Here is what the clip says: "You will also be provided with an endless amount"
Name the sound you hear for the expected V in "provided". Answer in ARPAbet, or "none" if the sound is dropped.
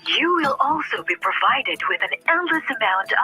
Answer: V